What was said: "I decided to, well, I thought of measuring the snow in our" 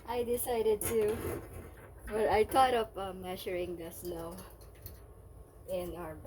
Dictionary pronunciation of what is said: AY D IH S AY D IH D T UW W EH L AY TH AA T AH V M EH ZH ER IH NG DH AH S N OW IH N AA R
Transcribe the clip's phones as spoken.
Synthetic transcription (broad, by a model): AY D IH S AY D IH D T UW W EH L AY T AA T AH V M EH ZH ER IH NG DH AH S L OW IH N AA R